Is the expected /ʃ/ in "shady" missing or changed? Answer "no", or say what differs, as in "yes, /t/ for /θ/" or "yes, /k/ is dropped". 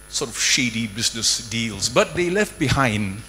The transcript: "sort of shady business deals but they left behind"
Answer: no